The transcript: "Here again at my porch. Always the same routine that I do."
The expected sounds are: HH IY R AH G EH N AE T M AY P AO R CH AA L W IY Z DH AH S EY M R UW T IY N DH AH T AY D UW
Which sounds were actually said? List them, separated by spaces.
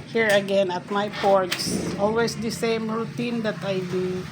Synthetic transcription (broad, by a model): HH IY R AH G EH N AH T M AY P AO R S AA L W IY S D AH S EY M R UW T IY N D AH T AY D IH